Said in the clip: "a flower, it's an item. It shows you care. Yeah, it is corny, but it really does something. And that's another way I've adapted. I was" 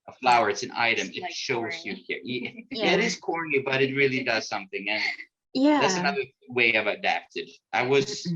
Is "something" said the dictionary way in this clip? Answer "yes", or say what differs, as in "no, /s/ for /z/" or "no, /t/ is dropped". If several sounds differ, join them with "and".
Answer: yes